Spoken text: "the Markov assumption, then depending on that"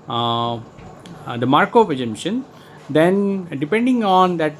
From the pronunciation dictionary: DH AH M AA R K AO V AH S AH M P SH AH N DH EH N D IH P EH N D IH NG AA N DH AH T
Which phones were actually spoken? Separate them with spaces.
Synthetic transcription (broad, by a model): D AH M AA R K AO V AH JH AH M SH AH N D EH N D IH P EH N D IH NG AA N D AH T